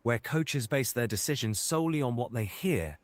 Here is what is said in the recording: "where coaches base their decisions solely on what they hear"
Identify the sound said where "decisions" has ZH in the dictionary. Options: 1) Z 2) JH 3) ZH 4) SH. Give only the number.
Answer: 3